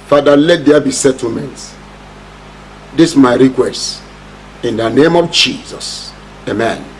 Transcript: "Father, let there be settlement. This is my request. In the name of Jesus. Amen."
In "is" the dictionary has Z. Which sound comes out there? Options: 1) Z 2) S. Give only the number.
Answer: 2